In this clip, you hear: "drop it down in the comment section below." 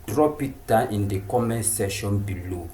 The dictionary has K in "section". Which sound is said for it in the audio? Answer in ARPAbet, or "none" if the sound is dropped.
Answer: none